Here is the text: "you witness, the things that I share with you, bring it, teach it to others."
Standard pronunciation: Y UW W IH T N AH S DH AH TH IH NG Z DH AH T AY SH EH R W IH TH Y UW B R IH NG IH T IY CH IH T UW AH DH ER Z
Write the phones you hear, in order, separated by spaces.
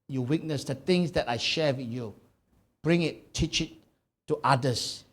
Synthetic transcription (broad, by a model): Y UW W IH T N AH S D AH T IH NG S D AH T AY SH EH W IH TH Y UW B R IH NG IH T IY CH IH T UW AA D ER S